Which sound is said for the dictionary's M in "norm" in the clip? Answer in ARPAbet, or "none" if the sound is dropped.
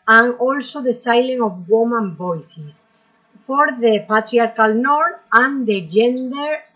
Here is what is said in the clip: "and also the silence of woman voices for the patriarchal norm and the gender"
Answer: none